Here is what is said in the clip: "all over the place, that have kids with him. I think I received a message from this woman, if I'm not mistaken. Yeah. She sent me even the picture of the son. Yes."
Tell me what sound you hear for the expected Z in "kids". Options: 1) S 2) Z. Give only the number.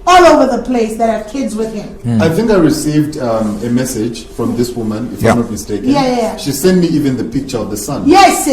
2